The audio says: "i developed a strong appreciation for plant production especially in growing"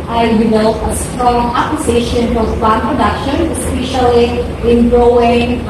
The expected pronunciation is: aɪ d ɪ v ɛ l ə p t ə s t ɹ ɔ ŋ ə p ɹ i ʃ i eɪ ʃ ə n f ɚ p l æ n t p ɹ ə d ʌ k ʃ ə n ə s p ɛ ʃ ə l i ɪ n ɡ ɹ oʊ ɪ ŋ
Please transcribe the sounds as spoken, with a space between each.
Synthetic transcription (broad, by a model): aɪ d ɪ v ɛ l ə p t ə s t ɹ ɔ ŋ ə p l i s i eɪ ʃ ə n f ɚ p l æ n p ɹ ə d ʌ k ʃ ə n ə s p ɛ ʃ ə l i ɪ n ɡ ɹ oʊ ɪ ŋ